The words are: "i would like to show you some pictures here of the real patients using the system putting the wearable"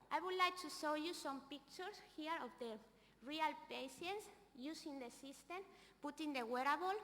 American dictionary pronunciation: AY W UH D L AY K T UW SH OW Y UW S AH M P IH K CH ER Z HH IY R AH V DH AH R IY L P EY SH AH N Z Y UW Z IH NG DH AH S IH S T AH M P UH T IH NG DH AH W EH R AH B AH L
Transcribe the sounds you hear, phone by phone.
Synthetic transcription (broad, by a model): AY W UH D L AY K T UW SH OW Y UW S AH M P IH K CH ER S HH IY R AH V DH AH R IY L P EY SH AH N S Y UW S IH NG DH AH S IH S T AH M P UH T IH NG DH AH W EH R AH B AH L